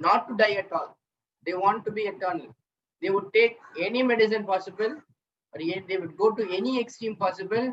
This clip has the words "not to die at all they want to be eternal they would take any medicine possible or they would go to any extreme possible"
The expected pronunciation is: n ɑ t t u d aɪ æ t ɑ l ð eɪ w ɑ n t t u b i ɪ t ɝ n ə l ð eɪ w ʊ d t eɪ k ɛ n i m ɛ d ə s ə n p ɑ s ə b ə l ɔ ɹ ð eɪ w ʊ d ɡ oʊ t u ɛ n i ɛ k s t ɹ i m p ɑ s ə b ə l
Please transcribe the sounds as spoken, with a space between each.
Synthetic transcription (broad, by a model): n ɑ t t u d aɪ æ t ɑ l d eɪ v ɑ n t t u b i ɪ t ɝ n ə l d eɪ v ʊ d t eɪ k ɛ n i m ɛ d ə s ə n p ɑ s ə b ə l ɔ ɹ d eɪ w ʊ d ɡ oʊ t u ɛ n i ɛ k s t ɹ i m p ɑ s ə b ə l